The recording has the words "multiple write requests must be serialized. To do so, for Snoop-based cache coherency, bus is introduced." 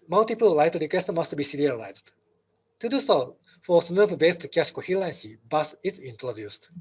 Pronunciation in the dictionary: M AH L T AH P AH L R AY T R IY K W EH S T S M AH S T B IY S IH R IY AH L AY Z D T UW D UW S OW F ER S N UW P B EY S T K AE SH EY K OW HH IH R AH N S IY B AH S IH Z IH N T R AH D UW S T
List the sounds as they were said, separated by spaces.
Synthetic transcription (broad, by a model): M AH L T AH P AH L L AY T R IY K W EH S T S M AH S T B IY S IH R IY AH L AY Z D T UW D UW S OW F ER S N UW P B EY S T K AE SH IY K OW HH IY L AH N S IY B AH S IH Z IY N T R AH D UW S T